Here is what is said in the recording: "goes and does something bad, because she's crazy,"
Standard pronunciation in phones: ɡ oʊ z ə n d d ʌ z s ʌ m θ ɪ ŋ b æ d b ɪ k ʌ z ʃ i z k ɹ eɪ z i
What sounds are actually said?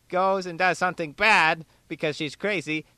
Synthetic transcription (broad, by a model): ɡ oʊ z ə n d d ʌ z s ʌ m θ ɪ ŋ b æ d b ɪ k ʌ z ʃ i z k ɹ eɪ z i